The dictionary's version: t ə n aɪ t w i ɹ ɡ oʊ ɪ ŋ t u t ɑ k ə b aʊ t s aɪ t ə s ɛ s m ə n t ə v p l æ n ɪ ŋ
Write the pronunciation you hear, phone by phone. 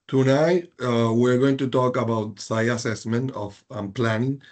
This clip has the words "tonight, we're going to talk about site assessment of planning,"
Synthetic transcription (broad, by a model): t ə n aɪ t w i ɹ ɡ oʊ ɪ ŋ t u t ɑ k ə b aʊ t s aɪ ə s ɛ s m ə n t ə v p l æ n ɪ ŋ